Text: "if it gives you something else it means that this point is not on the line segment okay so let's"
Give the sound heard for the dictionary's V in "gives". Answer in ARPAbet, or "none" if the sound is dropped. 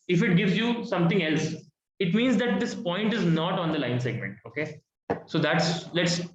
V